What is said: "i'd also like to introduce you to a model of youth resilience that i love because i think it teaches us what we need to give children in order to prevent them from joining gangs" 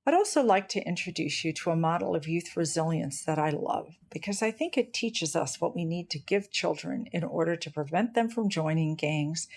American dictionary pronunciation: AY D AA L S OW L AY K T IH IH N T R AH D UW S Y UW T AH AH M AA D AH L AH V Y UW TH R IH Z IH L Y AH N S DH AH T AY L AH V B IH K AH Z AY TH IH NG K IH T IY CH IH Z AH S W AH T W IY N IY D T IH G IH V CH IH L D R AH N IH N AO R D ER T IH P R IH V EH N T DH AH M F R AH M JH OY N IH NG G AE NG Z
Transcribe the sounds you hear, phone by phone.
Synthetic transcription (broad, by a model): AY D AA L S OW L AY K T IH IH N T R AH D UW S Y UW T AH AH M AA D L AH V Y UW TH R IH Z IH L Y AH N S DH AH T AY L AH V B IH K AH Z AY TH IH NG K IH T IY CH IH Z AH S W AH T W IY N IY D T IH G IH V CH IH L D R AH N IH N AO R D ER T IH P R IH V EH N DH AH M F R AH M JH OY N IH NG G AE NG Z